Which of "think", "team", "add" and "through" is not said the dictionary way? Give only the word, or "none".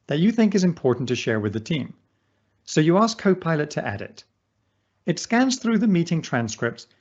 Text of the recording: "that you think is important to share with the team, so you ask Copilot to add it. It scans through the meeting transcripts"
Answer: none